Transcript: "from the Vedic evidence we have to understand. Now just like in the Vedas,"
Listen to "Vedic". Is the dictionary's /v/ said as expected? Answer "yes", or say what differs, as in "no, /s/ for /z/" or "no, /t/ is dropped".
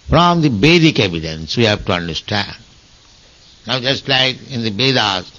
no, /b/ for /v/